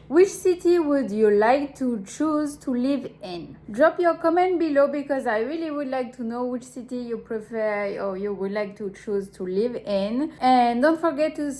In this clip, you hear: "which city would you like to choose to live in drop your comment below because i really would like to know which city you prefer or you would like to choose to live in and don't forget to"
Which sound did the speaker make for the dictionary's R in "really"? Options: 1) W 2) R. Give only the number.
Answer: 2